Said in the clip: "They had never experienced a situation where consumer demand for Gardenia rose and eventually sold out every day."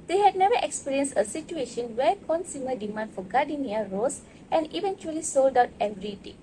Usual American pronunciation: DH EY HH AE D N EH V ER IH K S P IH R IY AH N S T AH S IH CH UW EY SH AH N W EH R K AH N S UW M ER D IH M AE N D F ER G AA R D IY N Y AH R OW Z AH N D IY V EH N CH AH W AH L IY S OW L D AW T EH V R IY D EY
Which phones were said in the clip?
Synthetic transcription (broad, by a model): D EY HH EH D N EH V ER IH K S P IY R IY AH N S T AH S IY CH UW EY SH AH N W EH K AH N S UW M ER D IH M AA N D F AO G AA D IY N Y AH R OW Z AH N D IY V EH N CH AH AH L IY S OW L D AW T EH V R IY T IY